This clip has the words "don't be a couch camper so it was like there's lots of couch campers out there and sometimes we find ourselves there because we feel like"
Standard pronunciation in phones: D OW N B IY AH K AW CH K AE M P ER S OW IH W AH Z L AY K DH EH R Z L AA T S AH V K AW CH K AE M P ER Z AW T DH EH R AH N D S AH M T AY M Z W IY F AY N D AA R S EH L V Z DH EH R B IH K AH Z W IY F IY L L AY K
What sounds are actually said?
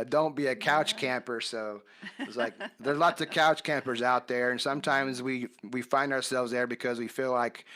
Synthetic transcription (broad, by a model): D OW N B IY AH K AW CH K AE M P ER S OW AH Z L AY K DH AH R Z L AA T S AH V K AW CH K AE M P ER Z AW T DH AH R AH N S AH M T AY M Z W IY F AY N D AA R S EH L V Z DH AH R B IH K AH Z W IY F IY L L AY K